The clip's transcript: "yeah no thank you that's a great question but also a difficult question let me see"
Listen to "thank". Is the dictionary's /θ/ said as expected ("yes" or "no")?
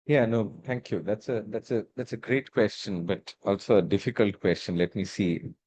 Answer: no